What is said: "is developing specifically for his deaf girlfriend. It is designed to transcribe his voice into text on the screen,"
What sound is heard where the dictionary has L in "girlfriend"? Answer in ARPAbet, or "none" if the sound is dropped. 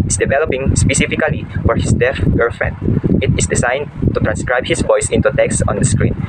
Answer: none